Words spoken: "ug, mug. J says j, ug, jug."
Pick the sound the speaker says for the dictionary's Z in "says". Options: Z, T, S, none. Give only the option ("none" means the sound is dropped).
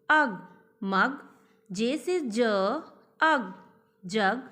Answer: none